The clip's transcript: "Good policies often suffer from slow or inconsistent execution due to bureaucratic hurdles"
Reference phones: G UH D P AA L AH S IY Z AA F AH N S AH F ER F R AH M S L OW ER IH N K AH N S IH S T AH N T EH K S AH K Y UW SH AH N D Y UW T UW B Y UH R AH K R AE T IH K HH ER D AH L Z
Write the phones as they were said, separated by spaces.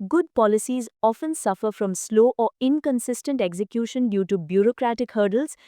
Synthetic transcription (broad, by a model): G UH D P AA L AH S IY Z AA F AH N S AH F ER F R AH M S L OW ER IH N K AH N S IH S T AH N T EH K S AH K Y UW SH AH N D Y UW T UW B Y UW R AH K R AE T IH K HH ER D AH L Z